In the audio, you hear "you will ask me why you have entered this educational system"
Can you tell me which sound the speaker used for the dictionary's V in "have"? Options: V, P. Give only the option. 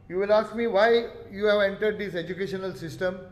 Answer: V